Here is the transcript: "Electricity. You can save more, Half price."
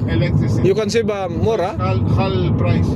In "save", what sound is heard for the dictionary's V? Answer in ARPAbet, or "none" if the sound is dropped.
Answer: B